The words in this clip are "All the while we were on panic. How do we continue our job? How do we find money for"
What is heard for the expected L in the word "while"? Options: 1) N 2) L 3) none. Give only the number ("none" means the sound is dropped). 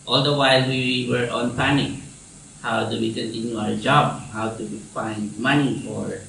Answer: 2